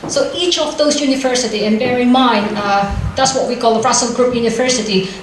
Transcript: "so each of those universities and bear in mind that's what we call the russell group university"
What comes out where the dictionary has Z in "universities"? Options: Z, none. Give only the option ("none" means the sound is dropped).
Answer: none